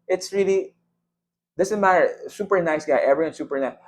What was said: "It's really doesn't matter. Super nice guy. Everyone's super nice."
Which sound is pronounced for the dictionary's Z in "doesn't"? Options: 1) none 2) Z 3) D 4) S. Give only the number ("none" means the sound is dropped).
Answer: 4